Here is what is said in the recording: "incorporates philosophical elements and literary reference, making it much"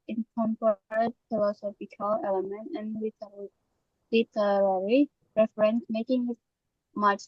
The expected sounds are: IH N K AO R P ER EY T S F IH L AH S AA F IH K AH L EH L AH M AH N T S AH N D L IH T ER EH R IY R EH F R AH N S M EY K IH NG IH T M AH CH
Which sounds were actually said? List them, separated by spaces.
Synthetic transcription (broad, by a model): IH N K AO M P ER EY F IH L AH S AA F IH K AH L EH L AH M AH N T AH N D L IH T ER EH R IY R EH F R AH N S M EY K IH NG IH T M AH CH